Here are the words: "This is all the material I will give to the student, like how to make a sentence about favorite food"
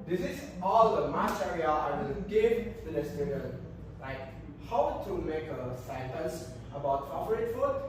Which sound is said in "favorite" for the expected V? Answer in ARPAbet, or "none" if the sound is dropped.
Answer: P